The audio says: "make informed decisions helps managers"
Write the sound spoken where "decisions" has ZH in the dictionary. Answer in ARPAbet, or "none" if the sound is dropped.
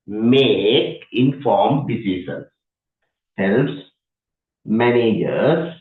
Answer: SH